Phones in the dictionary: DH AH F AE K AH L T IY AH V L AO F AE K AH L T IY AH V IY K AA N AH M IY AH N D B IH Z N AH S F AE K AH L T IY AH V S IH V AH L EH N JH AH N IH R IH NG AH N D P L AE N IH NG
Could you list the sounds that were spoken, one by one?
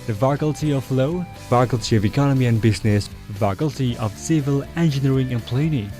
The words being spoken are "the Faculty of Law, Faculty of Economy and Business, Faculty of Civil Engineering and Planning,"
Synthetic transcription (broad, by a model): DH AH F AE K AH L T IY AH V L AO F AE K AH L T IY AH V IY K AA N AH M IY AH N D B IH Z N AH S F AE K AH L T IY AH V S IH V AH L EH N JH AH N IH R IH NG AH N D P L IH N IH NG